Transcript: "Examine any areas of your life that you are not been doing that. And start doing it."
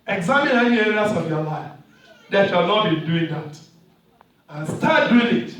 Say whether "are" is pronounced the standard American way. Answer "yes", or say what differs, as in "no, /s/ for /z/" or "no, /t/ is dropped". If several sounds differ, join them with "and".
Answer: no, /l/ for /ɹ/